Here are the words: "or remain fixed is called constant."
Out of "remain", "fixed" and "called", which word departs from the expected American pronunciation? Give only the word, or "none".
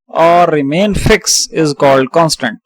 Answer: fixed